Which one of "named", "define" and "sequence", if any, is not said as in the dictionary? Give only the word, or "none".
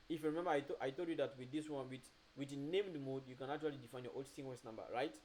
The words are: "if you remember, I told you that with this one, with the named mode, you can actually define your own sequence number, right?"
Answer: sequence